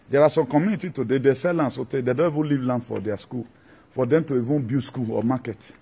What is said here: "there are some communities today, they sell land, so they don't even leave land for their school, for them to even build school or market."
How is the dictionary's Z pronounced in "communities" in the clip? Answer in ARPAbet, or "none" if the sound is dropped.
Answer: none